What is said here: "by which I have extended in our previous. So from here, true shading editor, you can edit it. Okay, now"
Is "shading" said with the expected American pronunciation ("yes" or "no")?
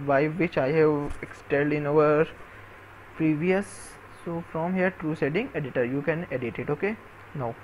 no